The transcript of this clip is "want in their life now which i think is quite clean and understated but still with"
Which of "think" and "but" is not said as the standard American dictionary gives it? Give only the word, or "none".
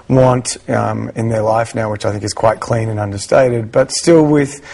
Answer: none